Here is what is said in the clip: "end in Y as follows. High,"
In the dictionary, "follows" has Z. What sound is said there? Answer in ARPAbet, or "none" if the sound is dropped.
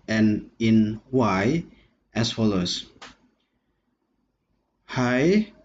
S